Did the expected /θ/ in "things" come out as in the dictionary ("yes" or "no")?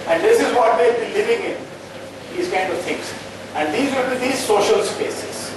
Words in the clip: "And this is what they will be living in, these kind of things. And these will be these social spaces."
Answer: no